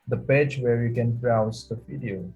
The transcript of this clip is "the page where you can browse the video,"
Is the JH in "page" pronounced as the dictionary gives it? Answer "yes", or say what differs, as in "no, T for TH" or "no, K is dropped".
yes